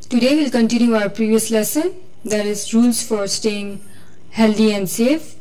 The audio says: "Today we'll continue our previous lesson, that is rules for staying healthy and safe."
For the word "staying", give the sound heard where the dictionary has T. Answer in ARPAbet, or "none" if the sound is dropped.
T